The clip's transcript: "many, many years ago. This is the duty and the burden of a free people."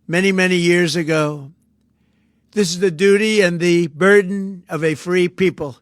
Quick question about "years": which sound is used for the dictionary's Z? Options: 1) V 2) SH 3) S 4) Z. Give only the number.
4